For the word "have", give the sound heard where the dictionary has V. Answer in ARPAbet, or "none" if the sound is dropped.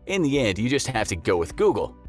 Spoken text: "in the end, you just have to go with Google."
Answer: F